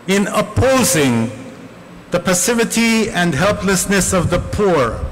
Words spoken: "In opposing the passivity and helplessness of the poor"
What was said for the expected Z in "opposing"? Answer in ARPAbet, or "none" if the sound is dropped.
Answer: Z